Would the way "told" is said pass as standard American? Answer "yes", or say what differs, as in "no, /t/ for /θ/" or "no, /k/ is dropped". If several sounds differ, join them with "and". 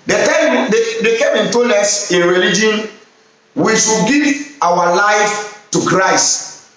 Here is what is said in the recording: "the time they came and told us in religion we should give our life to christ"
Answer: no, /d/ is dropped